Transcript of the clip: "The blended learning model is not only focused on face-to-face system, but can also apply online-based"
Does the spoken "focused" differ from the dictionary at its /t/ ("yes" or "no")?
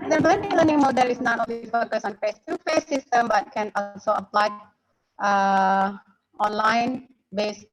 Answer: yes